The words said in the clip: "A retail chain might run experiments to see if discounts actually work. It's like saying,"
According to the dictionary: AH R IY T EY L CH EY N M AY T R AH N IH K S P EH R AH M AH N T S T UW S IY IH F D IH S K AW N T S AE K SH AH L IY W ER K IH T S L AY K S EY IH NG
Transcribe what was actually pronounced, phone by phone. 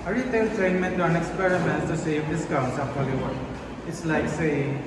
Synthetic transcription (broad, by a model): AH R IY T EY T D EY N M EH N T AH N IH K S P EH R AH M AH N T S T UW S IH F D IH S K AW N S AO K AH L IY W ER IH T S L AY K S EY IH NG